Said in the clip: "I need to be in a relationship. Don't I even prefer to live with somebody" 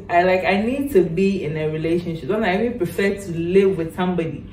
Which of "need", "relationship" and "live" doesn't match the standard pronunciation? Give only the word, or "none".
none